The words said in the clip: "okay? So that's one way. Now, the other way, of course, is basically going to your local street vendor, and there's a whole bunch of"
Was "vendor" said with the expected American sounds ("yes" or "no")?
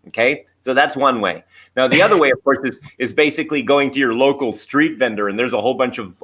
yes